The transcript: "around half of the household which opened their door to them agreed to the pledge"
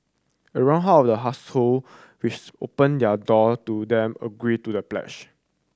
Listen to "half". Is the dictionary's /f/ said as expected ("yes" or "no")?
no